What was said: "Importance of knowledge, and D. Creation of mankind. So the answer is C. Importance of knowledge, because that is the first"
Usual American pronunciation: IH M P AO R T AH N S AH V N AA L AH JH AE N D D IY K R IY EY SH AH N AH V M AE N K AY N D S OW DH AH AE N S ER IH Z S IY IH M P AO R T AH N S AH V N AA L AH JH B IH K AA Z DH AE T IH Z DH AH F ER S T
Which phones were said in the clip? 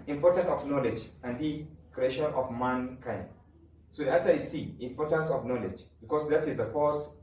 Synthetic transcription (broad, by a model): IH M P AO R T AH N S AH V N AA L AH JH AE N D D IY K R IY EY SH AH N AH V M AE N K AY N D S OW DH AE S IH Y S IY IH M P AO R T AH N S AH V N AA L AH JH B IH K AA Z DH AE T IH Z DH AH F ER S